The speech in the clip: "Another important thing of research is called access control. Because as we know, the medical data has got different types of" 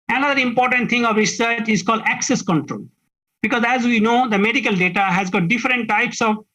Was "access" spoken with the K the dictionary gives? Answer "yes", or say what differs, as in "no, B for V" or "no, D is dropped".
yes